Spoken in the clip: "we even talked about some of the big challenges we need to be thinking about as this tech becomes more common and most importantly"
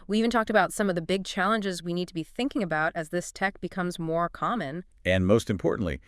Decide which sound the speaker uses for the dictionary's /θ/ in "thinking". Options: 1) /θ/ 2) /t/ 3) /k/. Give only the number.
1